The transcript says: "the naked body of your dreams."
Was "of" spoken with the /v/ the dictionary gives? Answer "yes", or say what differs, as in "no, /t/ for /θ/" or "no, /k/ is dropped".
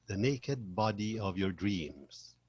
yes